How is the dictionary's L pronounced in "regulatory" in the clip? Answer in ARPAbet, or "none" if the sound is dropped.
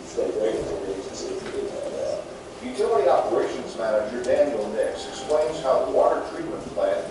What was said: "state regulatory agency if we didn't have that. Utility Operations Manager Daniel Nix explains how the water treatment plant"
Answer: none